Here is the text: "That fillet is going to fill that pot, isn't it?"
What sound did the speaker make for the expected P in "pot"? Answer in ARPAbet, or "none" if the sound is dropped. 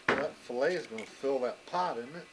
P